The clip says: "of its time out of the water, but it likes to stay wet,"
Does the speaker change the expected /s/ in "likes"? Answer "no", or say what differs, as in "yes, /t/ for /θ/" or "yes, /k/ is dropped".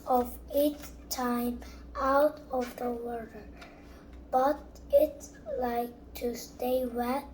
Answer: yes, /s/ is dropped